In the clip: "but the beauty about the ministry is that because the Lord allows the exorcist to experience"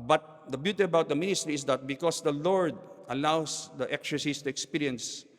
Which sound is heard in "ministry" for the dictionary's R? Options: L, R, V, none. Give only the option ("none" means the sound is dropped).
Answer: R